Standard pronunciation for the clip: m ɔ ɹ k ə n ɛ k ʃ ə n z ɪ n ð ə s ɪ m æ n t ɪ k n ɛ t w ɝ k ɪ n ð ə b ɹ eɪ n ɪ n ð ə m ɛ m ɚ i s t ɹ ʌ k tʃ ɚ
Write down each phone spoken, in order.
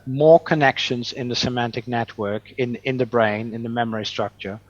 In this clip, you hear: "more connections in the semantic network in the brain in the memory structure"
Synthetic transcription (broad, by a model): m ɔ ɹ k ə n ɛ k ʃ ə n z ɪ n ð ə s ɪ m æ n t ɪ k n ɛ t w ɝ k ɪ n ð ə b ɹ eɪ n ɪ n ð ə m ɛ m ɚ i s t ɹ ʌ k tʃ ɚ